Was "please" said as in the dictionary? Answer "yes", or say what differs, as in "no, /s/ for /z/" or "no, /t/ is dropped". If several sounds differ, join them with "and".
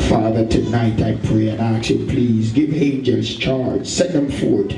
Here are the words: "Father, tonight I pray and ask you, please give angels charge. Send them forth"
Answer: yes